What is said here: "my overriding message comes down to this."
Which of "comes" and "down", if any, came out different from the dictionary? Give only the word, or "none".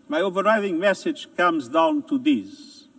none